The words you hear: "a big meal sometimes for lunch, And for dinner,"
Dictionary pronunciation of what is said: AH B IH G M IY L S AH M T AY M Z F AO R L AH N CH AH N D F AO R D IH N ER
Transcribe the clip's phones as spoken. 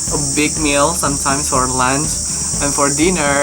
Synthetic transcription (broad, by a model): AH B IH G M IY L S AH M T AY M S F AO R L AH N S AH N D F AO R D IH N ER